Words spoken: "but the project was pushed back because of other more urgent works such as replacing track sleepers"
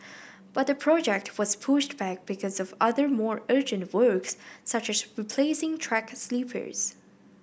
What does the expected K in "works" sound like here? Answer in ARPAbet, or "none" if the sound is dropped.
K